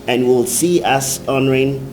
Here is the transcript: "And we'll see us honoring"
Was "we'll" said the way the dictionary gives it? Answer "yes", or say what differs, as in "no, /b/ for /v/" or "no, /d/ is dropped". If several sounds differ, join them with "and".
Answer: yes